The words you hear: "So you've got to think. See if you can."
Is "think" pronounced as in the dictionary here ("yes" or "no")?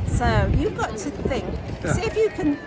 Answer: yes